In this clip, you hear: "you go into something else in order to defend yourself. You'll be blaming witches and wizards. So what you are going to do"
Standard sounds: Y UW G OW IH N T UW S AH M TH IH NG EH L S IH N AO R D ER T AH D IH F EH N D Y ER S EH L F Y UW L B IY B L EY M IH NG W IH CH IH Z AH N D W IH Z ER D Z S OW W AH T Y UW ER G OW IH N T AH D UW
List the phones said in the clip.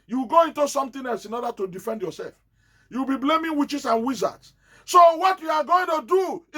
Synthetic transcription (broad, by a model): Y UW G OW IH N T UW S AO M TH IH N EH L S IH N AO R D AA T AH D IH F EH N D Y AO S EH L F Y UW W B IY B L EY M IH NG W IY CH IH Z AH N W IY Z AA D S S OW W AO T Y UW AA G OW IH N T AH D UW